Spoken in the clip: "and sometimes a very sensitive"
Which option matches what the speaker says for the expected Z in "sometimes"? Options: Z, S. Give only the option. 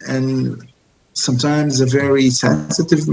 Z